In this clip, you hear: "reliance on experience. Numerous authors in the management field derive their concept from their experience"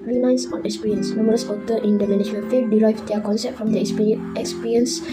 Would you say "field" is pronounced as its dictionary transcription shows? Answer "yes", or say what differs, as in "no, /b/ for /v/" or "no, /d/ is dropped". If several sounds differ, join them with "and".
no, /l/ is dropped